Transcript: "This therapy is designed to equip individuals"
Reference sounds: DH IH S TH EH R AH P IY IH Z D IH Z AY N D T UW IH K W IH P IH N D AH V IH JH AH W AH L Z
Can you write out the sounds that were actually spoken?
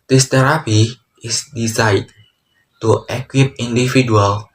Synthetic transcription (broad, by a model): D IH S T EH R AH P IY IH S D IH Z AY D T UW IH K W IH P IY N D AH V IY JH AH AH L